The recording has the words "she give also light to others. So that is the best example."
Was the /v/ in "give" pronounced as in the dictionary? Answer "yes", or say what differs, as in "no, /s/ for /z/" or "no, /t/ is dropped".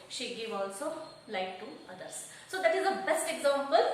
yes